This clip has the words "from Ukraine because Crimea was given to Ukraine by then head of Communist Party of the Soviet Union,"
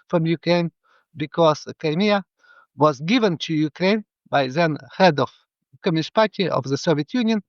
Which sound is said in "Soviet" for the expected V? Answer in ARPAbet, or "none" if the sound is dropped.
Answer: V